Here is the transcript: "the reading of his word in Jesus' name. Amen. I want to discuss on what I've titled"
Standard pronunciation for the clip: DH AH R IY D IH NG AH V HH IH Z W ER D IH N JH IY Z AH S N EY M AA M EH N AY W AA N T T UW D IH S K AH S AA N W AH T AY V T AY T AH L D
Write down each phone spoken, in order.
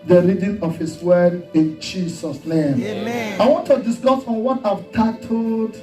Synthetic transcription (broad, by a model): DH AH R IY D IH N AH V HH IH S W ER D IH N JH IY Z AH S N EY M AA IH W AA N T T UW D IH S K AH S AA N W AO T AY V T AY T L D